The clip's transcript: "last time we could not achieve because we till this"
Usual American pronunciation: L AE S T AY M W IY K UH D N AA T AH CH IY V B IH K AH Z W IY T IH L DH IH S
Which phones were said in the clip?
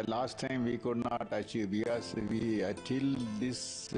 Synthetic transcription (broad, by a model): L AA S T AY M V IY K UH D N AA T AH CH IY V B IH AH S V IY T IH L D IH S